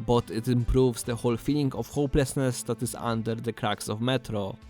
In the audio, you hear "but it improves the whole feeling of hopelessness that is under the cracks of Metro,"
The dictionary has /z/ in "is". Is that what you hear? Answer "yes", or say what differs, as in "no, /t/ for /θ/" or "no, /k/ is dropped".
no, /s/ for /z/